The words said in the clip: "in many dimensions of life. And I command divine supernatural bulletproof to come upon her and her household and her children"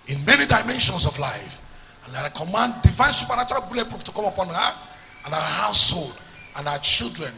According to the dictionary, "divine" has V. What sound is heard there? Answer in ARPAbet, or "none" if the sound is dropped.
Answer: V